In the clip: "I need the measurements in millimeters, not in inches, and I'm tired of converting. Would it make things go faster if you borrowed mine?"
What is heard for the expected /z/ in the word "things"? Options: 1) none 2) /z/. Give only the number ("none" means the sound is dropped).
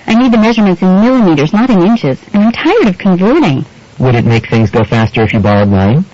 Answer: 2